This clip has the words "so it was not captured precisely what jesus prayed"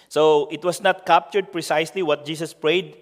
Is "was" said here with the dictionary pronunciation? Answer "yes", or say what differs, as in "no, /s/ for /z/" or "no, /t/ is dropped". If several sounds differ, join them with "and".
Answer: no, /s/ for /z/